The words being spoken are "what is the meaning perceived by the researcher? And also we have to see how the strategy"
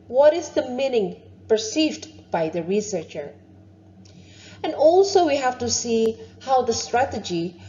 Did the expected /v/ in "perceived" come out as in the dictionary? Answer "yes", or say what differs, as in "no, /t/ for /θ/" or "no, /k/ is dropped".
yes